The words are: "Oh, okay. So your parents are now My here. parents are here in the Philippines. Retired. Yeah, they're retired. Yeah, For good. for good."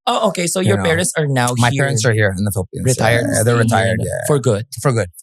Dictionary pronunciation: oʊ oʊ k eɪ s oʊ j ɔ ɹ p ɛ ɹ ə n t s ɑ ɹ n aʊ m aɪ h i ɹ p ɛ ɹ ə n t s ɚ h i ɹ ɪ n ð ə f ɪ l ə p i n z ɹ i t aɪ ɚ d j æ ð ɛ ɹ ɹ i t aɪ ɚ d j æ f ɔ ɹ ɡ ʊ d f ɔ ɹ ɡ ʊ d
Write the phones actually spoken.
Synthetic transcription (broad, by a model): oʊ oʊ k eɪ s oʊ j ɔ ɹ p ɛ ɹ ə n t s ɑ ɹ n aʊ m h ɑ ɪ p ɛ ɹ ə n t s ɚ h i ɹ ɪ n ð ə f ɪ l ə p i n ɹ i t aɪ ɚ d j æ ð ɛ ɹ ɹ i t aɪ ɚ d j æ f ɔ ɹ ɡ ʊ d f ɔ ɹ ɡ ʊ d